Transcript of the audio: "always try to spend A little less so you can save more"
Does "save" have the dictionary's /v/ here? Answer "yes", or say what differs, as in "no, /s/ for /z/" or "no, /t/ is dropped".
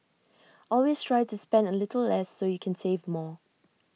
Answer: yes